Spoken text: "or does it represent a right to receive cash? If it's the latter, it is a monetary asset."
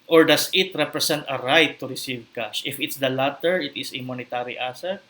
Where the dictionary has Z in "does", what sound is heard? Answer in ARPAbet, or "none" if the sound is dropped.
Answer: S